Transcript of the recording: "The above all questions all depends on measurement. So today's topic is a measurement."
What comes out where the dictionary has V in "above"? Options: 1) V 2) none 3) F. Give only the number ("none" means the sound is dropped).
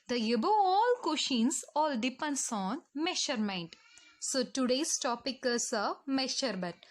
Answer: 2